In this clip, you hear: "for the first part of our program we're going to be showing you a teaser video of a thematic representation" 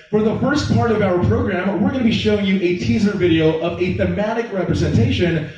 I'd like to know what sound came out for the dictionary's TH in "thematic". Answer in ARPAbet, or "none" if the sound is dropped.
TH